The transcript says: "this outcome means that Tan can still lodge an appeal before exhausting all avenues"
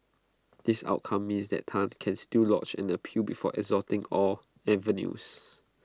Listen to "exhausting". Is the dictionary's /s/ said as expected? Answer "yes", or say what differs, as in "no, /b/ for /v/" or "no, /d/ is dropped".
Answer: no, /s/ is dropped